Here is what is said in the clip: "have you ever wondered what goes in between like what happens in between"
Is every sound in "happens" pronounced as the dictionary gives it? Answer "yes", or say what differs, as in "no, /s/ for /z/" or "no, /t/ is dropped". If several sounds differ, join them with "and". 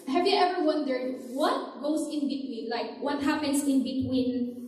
no, /s/ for /z/